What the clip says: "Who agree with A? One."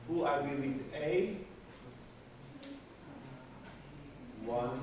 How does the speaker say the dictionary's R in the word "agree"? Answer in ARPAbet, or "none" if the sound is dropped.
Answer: none